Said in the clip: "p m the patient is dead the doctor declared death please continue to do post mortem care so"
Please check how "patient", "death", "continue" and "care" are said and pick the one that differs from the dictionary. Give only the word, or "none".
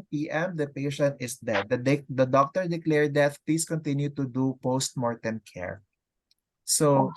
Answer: death